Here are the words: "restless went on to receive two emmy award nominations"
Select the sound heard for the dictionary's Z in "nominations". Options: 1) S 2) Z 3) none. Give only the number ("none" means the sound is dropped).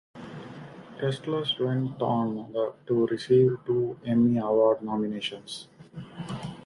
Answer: 1